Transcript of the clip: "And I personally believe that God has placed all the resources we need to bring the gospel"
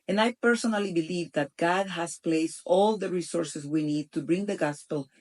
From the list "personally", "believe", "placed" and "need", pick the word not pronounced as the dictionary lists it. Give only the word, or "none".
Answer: none